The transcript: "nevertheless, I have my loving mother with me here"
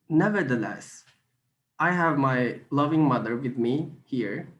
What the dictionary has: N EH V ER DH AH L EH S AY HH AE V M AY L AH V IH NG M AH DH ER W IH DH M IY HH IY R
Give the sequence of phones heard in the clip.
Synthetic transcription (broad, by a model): N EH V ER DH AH L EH S AY HH AE V M AY L AH V IH NG M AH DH ER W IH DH M IY HH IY R